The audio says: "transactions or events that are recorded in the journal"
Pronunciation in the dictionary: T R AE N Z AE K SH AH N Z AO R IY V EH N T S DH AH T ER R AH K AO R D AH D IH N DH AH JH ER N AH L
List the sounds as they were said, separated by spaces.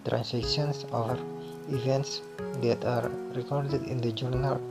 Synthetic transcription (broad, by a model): T R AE N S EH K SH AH N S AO R IY V EH N T S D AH T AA R AH K AO R D AH D IH N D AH JH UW N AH L